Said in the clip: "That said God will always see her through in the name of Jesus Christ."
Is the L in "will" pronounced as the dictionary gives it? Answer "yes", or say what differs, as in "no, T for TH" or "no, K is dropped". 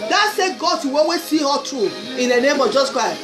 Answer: no, W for L